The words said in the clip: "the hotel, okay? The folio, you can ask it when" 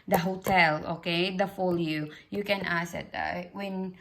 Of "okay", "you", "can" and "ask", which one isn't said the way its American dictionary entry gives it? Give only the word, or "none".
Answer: ask